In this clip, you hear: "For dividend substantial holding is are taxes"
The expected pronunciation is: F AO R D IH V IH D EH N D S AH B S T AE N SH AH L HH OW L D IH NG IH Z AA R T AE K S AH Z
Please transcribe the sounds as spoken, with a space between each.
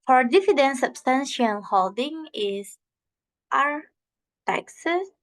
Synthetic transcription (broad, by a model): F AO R D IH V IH D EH N S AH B S T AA N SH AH N HH OW L D IH NG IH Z AA R T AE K S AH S